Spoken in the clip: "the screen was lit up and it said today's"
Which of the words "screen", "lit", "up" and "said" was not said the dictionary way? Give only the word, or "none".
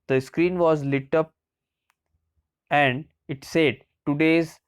none